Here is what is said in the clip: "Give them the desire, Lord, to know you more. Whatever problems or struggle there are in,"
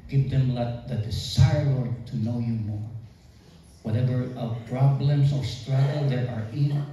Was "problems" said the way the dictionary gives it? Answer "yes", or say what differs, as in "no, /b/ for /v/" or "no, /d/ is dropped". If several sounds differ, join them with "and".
no, /s/ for /z/